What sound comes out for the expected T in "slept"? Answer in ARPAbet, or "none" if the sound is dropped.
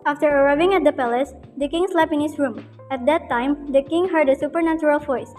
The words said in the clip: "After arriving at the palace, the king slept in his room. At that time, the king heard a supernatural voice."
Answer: none